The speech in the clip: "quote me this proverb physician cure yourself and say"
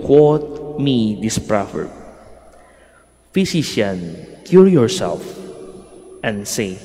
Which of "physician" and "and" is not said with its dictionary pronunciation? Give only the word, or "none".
physician